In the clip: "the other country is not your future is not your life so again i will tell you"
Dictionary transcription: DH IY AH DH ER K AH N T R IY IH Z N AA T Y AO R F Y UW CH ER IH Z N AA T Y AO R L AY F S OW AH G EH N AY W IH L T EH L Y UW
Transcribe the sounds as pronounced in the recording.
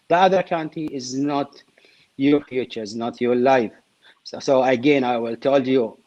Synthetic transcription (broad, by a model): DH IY AH DH ER K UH N T IY IH Z N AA T Y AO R F Y UW CH ER IH Z N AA T Y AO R L AY F S OW AH G EH N AY W IH L T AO L Y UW